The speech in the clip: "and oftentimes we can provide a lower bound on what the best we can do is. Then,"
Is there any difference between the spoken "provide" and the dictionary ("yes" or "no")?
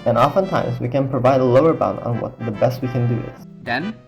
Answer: no